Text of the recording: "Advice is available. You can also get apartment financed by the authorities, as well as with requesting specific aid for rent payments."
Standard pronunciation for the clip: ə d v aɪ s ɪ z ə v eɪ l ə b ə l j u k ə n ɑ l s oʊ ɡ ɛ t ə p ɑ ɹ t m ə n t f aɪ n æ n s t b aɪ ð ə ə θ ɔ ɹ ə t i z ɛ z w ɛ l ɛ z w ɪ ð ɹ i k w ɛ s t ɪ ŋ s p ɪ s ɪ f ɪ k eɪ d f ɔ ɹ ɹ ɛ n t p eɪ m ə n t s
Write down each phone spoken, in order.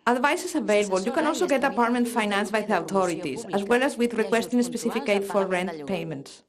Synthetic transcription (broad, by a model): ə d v aɪ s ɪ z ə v eɪ l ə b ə l j u k ə n ɑ l s oʊ ɡ ɛ t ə p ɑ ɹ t m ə n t f aɪ n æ n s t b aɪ ð ə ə t ɔ ɹ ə t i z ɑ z w ɛ l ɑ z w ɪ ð ɹ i k w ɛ s t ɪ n s p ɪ s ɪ f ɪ k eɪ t f ɔ ɹ ɹ ɛ n t p eɪ m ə n t s